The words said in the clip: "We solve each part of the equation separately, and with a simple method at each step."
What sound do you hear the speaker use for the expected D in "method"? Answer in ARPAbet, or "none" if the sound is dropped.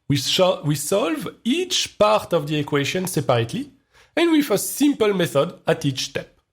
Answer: D